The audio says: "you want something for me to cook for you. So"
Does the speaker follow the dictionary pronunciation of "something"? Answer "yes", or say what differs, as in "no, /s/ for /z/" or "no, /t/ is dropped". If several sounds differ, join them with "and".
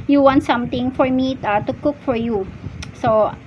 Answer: no, /t/ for /θ/